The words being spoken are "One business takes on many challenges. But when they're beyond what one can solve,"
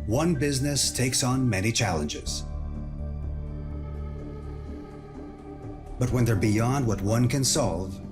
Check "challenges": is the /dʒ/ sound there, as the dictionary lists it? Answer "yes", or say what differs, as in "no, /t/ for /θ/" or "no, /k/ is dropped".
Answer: yes